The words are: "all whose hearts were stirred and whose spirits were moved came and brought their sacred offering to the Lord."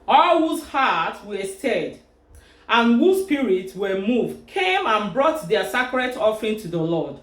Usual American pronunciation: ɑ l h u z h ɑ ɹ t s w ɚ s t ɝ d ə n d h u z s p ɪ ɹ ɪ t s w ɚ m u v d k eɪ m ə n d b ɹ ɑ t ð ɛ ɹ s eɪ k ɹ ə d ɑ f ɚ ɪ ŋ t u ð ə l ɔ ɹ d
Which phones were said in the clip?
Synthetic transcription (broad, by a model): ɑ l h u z h ɑ t w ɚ s t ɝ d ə n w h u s p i ɹ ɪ t s w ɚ m u v d k eɪ m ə n b ɹ ɑ t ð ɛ s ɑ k ɹ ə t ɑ f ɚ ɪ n t u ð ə l ɔ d